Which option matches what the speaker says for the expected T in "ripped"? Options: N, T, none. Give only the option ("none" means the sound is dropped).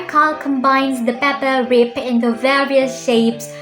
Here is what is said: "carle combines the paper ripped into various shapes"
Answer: none